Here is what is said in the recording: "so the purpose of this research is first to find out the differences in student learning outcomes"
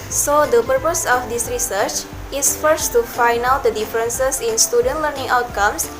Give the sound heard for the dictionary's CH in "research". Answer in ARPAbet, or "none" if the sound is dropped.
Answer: CH